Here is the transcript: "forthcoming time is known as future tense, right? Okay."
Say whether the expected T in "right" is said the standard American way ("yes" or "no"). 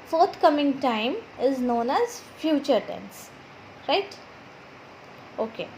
yes